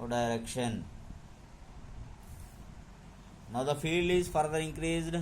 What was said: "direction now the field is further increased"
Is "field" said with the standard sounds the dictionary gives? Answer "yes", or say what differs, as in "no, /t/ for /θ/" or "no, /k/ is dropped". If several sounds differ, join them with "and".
yes